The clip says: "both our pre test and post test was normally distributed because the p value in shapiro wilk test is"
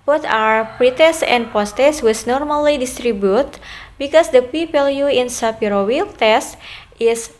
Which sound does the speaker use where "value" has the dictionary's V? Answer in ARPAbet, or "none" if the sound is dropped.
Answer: P